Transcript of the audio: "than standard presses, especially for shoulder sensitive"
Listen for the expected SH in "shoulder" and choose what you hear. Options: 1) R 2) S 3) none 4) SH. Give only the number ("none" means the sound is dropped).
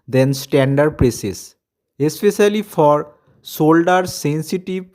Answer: 2